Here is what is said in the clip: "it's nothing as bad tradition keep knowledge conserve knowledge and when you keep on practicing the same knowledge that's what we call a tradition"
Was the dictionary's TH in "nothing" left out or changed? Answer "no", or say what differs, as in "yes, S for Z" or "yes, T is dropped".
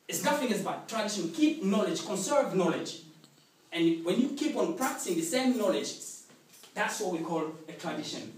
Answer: yes, F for TH